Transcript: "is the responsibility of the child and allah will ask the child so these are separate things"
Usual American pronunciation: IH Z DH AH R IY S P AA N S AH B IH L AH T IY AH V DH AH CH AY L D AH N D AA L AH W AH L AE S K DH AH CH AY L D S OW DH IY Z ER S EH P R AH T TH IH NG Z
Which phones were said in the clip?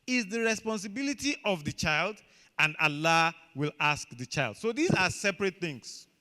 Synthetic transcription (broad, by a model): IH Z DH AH R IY S P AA N S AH B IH L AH T IY AH V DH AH CH AY L D AH N D AA L AH W AH L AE S K DH AH CH AY L D S OW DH IY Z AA S EH P R AH T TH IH NG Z